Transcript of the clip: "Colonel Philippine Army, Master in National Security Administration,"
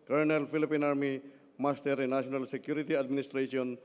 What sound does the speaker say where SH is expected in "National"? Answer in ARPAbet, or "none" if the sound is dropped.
none